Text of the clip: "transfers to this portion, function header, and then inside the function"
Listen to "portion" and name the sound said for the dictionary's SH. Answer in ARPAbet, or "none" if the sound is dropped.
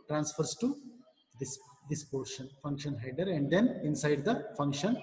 SH